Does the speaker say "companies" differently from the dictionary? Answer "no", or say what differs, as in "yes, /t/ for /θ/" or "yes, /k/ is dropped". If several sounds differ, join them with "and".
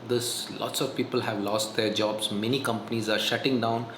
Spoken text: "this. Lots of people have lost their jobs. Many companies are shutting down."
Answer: no